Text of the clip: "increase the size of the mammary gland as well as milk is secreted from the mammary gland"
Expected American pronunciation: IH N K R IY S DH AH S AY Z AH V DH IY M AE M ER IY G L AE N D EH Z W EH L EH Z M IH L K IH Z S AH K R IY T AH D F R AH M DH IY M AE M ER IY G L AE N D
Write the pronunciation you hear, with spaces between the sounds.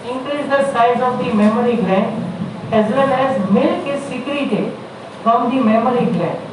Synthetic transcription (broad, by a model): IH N K R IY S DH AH S AY Z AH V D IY M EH M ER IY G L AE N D EH Z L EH N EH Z M IH L K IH S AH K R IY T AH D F R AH M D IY M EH M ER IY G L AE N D